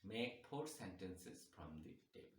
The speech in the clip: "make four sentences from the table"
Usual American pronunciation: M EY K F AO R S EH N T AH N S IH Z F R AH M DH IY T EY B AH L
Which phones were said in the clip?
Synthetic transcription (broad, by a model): M EY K P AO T S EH N T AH N S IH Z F R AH M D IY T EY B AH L